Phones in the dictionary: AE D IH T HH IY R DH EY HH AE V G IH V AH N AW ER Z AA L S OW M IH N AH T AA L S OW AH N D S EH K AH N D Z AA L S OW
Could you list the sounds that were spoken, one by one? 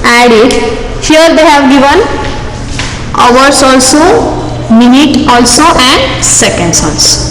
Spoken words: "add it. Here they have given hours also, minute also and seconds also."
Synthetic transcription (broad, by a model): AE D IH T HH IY R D EY HH AE V G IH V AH N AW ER S AA L S OW M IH N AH T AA L S OW AH N D S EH K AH N D S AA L S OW